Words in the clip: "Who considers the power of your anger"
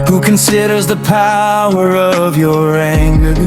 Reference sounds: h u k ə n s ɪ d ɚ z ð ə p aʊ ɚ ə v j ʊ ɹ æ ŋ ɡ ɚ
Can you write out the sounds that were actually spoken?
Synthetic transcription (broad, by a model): h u k ə n s ɪ d ɚ z ð ə p aʊ ɚ ə v j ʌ ɹ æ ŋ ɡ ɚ